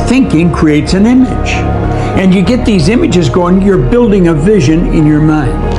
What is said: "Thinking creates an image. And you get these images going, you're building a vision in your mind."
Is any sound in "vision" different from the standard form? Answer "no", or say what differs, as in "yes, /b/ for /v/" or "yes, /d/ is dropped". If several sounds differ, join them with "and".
no